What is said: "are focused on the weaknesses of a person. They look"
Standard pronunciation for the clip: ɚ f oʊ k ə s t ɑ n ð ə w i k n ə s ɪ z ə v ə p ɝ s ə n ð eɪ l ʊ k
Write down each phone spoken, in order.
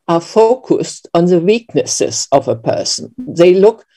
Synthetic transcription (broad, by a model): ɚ f oʊ k ə s t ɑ n ð ə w i k n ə s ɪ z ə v ə p ɝ s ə n ð eɪ l ʊ k